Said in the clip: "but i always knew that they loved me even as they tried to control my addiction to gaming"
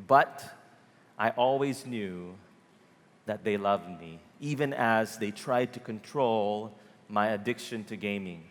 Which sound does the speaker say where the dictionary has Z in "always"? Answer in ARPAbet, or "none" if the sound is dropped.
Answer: Z